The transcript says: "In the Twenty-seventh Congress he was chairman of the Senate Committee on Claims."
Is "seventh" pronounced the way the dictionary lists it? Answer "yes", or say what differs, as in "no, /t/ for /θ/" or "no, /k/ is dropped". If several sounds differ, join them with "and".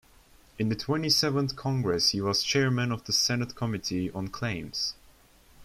yes